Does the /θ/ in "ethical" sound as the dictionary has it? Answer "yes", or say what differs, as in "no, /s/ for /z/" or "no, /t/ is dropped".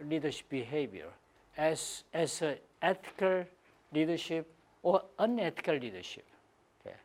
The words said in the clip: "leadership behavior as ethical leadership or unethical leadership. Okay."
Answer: no, /s/ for /θ/